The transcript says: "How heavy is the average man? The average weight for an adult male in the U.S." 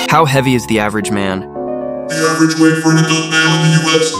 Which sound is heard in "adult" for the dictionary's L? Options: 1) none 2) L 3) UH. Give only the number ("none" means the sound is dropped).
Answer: 1